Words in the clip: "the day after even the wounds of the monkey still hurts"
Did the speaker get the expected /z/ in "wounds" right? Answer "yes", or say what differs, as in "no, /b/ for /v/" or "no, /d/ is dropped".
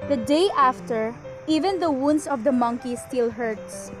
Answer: no, /s/ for /z/